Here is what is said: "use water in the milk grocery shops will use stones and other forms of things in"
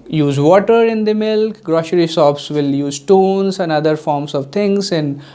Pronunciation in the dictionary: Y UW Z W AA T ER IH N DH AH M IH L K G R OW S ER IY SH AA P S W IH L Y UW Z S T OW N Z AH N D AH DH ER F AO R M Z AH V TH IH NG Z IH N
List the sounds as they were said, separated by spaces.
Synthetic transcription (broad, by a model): Y UW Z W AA T ER IH N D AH M IH L K G R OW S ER IY S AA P S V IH L Y UW Z T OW N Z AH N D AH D ER F AO R M S AH V T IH NG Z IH N